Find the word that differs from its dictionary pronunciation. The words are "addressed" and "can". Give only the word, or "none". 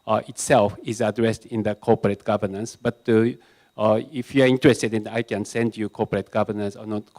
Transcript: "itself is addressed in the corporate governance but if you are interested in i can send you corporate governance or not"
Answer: none